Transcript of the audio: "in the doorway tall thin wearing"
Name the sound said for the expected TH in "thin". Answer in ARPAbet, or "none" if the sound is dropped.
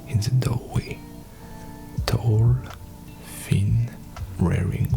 F